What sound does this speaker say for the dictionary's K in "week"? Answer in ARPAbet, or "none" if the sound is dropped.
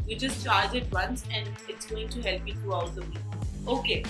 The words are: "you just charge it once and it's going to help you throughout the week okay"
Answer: none